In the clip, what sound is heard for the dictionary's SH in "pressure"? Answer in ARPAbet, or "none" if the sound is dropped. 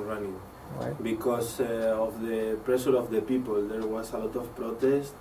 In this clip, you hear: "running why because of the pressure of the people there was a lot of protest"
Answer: S